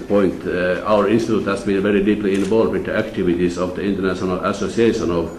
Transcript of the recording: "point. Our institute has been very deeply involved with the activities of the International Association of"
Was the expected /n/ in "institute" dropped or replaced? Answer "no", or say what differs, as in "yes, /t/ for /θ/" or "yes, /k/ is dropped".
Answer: no